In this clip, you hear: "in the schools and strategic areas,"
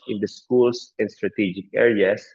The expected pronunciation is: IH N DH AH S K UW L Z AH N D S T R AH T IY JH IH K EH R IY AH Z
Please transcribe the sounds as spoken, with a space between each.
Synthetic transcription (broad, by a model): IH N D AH S K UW L S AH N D S T R AH T IY JH IH K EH R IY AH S